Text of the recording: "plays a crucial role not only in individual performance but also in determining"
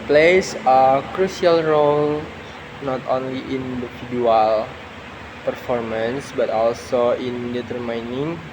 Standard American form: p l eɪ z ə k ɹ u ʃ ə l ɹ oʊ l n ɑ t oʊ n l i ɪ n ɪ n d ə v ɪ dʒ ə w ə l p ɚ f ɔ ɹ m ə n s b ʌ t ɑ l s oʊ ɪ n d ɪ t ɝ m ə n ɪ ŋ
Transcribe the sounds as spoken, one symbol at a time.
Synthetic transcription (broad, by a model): p l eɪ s ə k ɹ u s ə l ɹ oʊ l n ɑ t oʊ n l i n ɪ n d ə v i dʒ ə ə l p ɚ f ɔ ɹ m ə n s b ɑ t ɑ l s oʊ ɪ n d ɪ t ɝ m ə n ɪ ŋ